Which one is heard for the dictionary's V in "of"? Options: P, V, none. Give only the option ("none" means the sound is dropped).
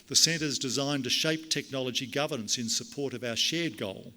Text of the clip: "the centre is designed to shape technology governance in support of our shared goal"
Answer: V